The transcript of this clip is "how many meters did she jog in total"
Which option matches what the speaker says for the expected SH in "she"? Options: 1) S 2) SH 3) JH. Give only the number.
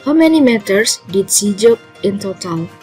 1